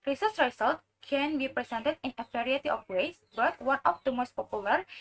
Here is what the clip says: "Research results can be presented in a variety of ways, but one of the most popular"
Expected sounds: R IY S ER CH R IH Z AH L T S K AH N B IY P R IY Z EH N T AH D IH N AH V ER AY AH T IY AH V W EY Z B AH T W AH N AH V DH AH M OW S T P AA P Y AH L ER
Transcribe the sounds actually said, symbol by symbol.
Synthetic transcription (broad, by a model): R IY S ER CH R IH S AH L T K AH N B IY P R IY S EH N T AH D IH N AH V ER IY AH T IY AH F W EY S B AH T W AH N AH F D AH M OW S T P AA P Y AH L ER